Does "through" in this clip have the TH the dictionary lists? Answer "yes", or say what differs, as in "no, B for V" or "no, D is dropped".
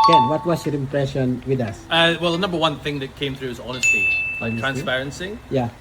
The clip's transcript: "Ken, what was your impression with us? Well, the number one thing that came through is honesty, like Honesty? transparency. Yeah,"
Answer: yes